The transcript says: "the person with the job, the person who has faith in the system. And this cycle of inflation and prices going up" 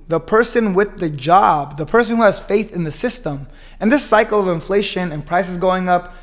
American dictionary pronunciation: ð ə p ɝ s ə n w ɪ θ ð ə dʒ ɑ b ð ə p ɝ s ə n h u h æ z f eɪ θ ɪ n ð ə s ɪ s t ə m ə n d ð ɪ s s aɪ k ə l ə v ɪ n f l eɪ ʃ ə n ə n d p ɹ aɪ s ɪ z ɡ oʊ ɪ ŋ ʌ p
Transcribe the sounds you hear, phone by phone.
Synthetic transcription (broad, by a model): ð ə p ɝ s ə n w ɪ ð ə dʒ ɑ b ð ə p ɝ s ə n h u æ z f eɪ θ ɪ n ð ə s ɪ s t ə m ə n ð ɪ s s aɪ k l ə v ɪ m f l eɪ ʃ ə n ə n p ɹ aɪ s ɪ z ɡ oʊ ɪ ŋ ʌ p